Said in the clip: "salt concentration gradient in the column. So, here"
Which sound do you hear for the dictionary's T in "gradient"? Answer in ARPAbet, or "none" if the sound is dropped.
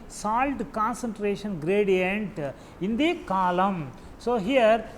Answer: T